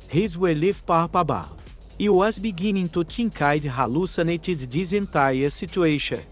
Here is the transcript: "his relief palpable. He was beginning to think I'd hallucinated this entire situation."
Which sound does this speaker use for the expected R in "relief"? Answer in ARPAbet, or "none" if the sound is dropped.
W